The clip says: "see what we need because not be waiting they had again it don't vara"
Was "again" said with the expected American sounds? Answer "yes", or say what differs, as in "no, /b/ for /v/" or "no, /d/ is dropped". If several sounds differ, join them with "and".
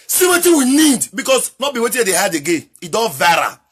no, /n/ is dropped